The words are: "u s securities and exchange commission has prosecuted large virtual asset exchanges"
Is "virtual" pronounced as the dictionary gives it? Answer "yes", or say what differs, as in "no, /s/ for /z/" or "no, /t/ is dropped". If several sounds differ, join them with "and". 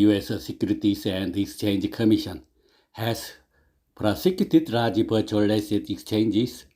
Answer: no, /p/ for /v/